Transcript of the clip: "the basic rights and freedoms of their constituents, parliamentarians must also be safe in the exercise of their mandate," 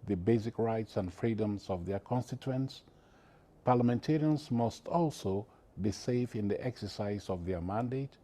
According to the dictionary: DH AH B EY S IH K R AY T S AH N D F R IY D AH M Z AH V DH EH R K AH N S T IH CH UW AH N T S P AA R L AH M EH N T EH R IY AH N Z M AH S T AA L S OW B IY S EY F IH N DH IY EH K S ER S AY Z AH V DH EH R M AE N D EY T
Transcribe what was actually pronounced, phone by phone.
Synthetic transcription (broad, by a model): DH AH B EY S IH K R AY T S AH N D F R IY D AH M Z AH V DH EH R K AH N S T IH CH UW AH N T S P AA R L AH M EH N T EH R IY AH N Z M AH S T AA L S OW B IY S EY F IH N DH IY EH K S ER S AY Z AH V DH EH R M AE N D EY T